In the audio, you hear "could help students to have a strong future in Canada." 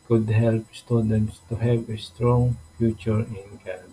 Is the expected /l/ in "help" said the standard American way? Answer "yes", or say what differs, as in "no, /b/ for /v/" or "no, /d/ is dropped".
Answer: yes